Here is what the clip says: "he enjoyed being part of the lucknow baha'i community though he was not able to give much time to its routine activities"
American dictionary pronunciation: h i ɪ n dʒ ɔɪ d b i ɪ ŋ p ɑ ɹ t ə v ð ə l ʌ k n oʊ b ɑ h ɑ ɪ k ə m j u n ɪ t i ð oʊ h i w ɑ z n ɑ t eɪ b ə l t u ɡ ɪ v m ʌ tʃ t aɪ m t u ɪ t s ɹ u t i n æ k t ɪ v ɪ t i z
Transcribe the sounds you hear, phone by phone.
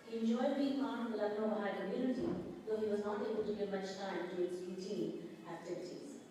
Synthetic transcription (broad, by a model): h i ɪ n dʒ ɔɪ d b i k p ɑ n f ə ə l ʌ n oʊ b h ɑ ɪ k ə m j u n ɪ t i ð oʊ h i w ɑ z n ɑ t eɪ b ə l t u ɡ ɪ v m ʌ tʃ t aɪ m t u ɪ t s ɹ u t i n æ k t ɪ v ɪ t i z